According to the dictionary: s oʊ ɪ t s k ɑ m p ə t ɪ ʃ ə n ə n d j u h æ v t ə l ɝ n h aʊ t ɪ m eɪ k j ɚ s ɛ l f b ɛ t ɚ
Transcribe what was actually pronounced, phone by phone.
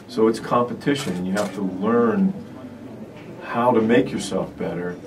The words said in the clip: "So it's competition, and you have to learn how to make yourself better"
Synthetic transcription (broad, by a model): s oʊ ɪ t s k ɑ m p ə t ɪ ʃ ə n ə n j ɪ h æ f t ə l ɝ n h aʊ t ɪ m eɪ k j ɚ s ɛ l f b ɛ t ɚ